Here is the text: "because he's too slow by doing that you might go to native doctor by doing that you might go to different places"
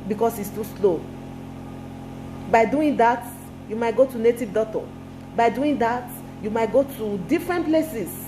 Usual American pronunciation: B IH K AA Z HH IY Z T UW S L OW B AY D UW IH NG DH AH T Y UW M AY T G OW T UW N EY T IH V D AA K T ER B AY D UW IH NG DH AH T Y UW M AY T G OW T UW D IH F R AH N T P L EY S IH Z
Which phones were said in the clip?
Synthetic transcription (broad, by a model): B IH K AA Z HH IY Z T UW S L OW B AY D UW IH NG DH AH T Y UW M AY T G OW T UW N EY T IH V D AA T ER B AY D UW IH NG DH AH T Y UW M AY T G OW T UW D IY F R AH N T P L EY S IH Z